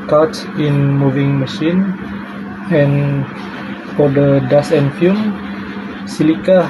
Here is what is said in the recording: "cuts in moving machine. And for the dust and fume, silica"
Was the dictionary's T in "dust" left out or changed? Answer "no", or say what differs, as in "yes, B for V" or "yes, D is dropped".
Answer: yes, T is dropped